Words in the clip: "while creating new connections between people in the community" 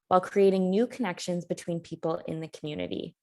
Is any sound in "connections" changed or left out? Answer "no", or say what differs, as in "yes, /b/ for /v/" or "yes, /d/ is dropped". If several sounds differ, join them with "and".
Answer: no